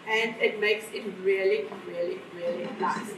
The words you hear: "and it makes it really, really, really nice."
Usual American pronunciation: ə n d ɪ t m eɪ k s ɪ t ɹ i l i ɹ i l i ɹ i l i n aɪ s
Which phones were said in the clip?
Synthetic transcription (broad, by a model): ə n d ɪ t m eɪ k s ɪ t ɹ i l i ɹ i l i ɹ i l i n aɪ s